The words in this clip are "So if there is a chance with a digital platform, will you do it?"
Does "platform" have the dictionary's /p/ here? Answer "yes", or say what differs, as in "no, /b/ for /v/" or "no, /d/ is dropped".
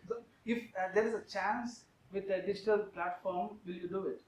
yes